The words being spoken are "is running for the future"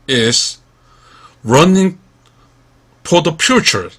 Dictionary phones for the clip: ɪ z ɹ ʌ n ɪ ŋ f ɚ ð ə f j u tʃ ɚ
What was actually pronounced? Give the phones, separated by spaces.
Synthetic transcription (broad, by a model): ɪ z ɹ ʌ n ɪ ŋ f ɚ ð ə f j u tʃ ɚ